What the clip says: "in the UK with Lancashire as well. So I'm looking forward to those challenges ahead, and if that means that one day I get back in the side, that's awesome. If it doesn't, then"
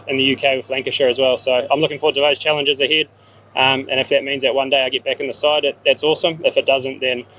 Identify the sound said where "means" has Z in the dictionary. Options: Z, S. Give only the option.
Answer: Z